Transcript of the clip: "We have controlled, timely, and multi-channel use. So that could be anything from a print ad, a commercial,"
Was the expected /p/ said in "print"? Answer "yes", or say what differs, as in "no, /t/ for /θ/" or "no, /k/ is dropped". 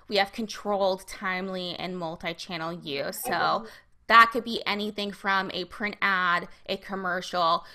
yes